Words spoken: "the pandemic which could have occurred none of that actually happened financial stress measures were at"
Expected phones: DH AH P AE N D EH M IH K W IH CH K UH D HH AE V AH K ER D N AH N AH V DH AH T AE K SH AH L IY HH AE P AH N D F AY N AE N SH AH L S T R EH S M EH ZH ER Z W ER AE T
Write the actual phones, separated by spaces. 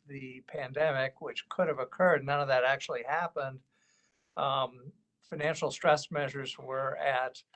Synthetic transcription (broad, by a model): DH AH P AE N D EH M IH K W IH CH K UH D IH V AH K ER D N AH N AH V DH AH T AE K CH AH L IY HH AE P AH N D F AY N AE N SH L S T R EH S M EH ZH ER Z W ER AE T